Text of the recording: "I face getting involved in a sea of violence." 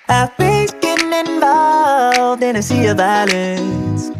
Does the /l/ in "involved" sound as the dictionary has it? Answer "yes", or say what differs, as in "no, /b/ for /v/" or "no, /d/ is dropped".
no, /l/ is dropped